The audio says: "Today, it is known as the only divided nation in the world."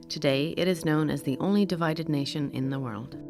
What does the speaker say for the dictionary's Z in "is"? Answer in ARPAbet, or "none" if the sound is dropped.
Z